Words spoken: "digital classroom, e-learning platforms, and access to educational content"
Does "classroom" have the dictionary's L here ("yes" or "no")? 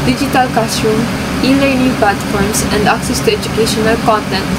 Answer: no